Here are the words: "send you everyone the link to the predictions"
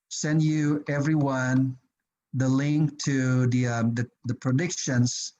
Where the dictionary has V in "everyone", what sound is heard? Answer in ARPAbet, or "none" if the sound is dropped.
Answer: V